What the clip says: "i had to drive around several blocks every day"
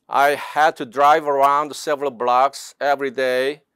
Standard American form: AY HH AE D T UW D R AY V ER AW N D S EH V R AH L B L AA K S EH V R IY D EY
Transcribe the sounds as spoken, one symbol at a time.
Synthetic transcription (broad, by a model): AY HH AE D T UW D R AY V ER AW N D S EH V R AH L B L AA K S EH V R IY D EY